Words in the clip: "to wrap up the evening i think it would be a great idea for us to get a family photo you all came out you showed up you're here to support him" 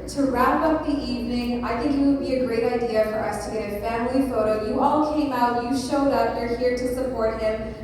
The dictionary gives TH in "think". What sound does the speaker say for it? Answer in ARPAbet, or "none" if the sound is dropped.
TH